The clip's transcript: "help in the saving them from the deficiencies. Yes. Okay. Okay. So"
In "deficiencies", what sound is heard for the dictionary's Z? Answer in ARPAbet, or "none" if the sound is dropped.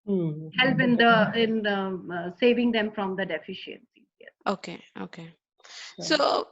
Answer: none